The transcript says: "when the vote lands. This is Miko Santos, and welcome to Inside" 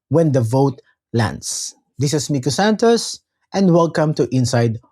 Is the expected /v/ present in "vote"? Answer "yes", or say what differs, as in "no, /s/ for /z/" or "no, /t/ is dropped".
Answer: yes